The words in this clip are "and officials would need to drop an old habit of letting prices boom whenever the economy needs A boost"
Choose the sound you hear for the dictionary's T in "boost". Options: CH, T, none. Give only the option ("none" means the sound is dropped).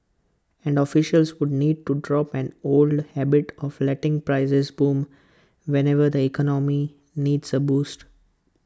T